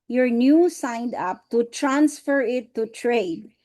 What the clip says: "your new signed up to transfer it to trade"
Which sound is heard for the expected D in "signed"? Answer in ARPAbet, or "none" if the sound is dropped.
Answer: D